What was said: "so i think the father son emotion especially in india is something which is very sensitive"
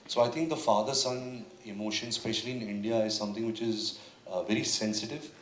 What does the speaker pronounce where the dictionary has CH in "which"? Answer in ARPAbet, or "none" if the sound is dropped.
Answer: CH